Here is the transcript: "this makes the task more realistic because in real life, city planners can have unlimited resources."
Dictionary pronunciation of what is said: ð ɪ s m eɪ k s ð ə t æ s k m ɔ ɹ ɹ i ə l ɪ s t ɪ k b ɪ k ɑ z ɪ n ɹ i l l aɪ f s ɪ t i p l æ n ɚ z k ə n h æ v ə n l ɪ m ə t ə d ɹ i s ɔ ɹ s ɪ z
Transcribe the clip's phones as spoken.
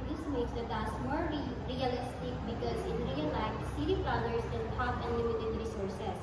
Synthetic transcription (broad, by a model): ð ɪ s m eɪ k s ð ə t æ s m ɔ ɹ ɹ i ə l ɪ s t ɪ k b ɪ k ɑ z ɪ n ɹ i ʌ l aɪ f s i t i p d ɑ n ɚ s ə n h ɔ f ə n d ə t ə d ɹ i s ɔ ɹ s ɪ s